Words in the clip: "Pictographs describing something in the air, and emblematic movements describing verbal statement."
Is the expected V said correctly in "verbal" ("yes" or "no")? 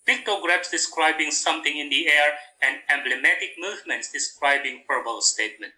no